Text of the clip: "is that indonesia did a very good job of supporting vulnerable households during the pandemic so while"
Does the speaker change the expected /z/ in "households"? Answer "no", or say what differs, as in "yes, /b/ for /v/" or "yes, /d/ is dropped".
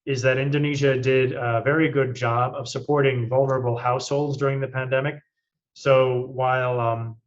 no